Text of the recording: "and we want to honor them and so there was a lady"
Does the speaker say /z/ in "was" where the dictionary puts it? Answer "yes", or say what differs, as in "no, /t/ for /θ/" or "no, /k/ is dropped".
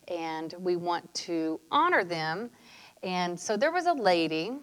yes